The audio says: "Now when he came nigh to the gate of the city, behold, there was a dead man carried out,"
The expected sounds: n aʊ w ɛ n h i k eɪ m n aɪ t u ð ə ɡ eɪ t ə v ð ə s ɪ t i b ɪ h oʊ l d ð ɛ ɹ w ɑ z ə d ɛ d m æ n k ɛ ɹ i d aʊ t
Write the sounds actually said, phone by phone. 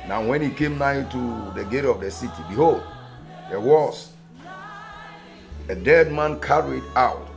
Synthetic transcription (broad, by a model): n aʊ w ɛ n h i k eɪ m n aɪ t u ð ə ɡ eɪ t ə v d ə s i t i b ɪ h oʊ l d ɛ w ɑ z ə d ɛ d m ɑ n k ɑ ɹ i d aʊ t